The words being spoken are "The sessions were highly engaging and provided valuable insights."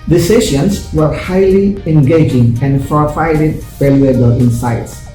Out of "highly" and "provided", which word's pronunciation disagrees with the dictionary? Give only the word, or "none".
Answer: provided